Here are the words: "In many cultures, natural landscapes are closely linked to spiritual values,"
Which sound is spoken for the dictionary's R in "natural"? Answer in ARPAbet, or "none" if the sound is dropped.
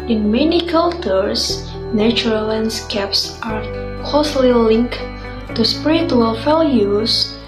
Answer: none